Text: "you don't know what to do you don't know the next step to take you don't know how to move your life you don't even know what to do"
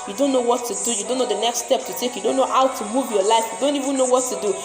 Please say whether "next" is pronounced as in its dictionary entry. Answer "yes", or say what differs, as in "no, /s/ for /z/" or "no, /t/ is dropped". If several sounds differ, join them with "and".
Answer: yes